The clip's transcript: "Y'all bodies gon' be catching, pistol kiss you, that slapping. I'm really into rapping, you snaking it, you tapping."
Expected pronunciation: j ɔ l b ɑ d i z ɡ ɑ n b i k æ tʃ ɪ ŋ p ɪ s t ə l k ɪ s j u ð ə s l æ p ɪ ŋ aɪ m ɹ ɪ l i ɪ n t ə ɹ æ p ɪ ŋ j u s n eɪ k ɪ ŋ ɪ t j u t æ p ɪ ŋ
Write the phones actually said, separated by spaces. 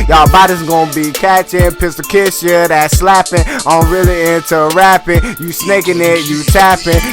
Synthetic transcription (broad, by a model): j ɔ b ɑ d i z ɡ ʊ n b i k æ tʃ ɪ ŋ p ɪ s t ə k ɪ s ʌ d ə s l æ p ɪ ŋ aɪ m ɹ ɪ l i ɪ n t ə ɹ æ p ɪ ŋ j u s n eɪ k ɪ ŋ ɪ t j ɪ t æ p ɪ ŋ